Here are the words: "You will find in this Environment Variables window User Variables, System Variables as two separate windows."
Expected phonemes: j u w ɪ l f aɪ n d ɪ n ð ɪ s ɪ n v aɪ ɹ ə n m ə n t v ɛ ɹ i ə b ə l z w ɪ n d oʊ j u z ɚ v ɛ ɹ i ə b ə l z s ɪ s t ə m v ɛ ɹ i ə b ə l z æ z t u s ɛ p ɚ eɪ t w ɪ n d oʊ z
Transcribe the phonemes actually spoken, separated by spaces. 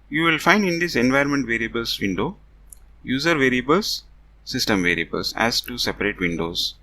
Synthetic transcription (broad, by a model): j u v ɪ l f aɪ n d ɪ n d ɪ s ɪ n v aɪ ə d m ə n t v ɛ ɹ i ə b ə l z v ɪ n d oʊ j u z ɚ v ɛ ɹ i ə b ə l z s ɪ s t ə m v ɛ ɹ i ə b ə l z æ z t u s ɛ p ɚ eɪ t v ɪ n d oʊ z